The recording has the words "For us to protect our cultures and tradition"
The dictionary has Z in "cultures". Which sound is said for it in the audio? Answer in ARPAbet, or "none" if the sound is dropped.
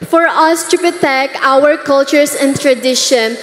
S